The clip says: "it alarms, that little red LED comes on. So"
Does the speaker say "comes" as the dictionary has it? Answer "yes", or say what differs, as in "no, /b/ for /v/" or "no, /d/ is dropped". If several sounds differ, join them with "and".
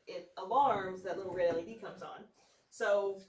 yes